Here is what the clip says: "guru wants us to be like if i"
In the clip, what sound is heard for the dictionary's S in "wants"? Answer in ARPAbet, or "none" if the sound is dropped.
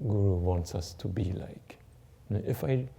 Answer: S